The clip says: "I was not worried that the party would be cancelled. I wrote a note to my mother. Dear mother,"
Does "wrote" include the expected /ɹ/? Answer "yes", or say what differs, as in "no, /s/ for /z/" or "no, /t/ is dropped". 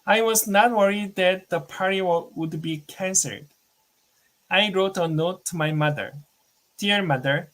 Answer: yes